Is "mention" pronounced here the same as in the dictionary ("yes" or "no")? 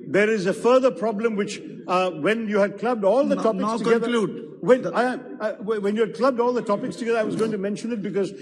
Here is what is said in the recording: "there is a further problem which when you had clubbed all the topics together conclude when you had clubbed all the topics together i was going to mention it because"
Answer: yes